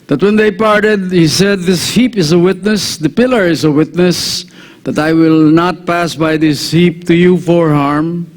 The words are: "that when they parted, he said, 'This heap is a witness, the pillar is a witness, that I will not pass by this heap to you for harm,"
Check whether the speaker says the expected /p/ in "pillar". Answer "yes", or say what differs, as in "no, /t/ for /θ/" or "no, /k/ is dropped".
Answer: yes